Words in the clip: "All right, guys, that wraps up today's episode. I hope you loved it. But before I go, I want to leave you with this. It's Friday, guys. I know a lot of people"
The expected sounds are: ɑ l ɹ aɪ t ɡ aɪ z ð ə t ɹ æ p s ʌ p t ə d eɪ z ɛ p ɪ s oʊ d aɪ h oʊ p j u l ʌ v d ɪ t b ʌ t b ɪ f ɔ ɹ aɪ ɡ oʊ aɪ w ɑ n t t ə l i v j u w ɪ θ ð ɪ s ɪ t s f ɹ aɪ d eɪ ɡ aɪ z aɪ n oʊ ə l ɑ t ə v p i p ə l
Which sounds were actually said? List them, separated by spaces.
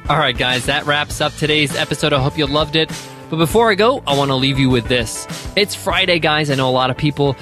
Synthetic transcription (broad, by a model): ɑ l ɹ aɪ t ɡ aɪ z ð ə t ɹ æ p s ʌ p t ə d eɪ z ɛ p ɪ s oʊ d aɪ h oʊ p j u l ʌ v d ɪ t b ʌ t b ɪ f ɔ ɹ aɪ ɡ oʊ aɪ w ɑ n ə l i v j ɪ w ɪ ð ɪ s ɪ t s f ɹ aɪ d eɪ ɡ aɪ z aɪ n oʊ ə l ɑ t ə v p i p l